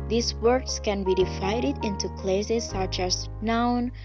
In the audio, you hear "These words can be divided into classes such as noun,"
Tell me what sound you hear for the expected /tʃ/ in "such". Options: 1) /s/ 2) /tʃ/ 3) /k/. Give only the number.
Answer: 2